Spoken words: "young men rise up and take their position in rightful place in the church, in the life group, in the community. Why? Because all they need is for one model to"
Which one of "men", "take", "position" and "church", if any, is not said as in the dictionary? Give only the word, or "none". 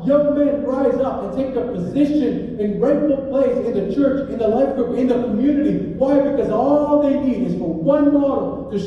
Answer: none